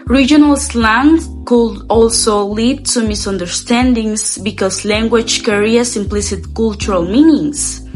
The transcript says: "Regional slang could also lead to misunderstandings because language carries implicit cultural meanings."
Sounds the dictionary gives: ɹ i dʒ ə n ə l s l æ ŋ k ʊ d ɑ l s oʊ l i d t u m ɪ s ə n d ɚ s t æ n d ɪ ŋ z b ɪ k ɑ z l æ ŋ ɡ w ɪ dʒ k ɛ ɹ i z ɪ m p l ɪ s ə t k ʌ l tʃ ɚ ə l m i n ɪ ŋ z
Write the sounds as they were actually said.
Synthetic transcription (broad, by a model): ɹ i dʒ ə n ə l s l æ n k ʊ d ɑ l s oʊ l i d t u m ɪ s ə n d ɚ s t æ n d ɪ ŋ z b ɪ k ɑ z l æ ŋ ɡ w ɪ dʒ k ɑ ɹ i s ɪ m p l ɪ s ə t k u l tʃ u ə l m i n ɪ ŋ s